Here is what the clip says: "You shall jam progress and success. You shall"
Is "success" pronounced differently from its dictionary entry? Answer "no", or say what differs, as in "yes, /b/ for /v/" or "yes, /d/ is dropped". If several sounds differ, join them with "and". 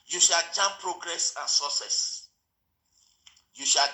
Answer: yes, /k/ is dropped